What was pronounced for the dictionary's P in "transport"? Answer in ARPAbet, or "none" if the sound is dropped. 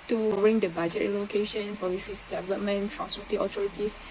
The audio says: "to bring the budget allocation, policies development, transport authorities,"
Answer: none